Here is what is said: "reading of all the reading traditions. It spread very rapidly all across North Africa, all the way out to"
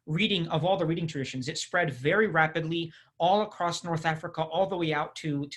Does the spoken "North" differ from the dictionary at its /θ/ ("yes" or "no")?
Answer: no